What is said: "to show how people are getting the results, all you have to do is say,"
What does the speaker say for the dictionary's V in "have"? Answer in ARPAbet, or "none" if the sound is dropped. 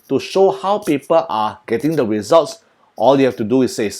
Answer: F